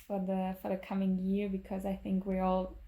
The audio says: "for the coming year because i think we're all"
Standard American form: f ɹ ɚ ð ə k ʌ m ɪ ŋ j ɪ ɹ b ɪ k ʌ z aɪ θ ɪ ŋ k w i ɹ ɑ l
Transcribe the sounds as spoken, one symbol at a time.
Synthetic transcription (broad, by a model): f ɹ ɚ ð ə k ʌ m ɪ ŋ j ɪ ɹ b ɪ k ʌ z aɪ θ ɪ ŋ k w i ɹ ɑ l